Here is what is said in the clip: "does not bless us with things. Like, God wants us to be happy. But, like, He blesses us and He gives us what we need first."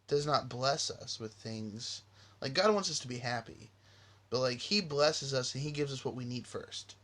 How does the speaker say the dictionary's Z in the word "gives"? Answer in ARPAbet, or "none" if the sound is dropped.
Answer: Z